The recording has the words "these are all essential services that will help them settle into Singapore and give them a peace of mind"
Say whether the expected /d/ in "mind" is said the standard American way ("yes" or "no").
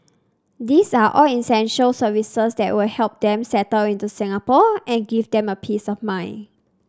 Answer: no